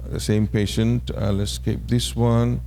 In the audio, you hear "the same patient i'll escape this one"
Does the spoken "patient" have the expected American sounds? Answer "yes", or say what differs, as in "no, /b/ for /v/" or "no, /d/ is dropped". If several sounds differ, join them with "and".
yes